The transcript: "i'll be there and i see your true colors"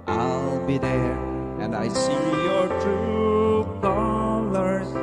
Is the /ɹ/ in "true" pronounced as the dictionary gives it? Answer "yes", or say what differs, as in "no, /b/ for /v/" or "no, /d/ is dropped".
no, /ɹ/ is dropped